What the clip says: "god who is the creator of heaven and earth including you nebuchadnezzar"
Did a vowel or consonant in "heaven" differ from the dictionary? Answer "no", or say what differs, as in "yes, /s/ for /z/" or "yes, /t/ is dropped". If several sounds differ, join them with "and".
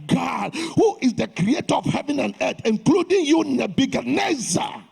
no